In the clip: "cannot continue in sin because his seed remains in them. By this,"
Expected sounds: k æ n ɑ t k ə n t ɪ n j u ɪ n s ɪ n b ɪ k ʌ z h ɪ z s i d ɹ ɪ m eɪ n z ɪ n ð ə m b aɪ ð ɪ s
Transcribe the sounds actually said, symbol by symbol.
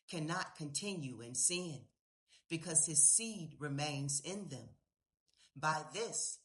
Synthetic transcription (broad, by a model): k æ n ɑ t k ə n t ɪ n j u ɪ n s ɪ n b ɪ k ʌ z ɪ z s i d ɹ ɪ m eɪ n z ɪ n ð ə m b aɪ ð ɪ s